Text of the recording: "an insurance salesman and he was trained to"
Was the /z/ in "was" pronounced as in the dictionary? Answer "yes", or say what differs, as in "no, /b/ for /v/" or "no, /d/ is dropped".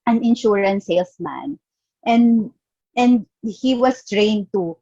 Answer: no, /s/ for /z/